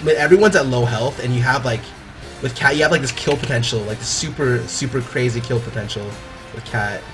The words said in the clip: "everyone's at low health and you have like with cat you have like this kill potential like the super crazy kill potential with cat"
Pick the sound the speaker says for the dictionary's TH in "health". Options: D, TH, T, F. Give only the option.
TH